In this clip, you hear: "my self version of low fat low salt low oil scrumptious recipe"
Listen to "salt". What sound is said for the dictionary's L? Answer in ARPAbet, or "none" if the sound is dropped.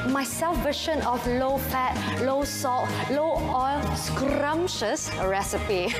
none